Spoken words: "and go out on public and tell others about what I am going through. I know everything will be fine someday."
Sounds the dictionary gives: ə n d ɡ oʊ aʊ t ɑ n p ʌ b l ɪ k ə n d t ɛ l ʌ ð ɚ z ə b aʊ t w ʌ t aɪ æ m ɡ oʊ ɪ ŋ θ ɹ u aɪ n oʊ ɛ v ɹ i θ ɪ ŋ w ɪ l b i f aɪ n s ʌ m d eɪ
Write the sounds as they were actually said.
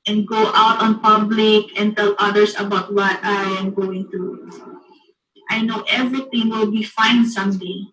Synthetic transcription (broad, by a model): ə n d ɡ oʊ aʊ t ɑ n p ʌ b l ɪ k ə n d t ɛ l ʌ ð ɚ s ə b aʊ t w ʌ t aɪ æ m ɡ oʊ ɪ ŋ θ ɹ u aɪ n oʊ ɛ v ɹ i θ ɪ ŋ w ɪ l b i f aɪ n s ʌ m d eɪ